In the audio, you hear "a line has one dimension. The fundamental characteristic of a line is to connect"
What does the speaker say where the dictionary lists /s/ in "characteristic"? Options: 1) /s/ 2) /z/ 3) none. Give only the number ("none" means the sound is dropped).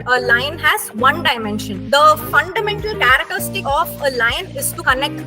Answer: 3